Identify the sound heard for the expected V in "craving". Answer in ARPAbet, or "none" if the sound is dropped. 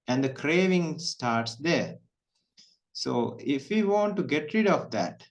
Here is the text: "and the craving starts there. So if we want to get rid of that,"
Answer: V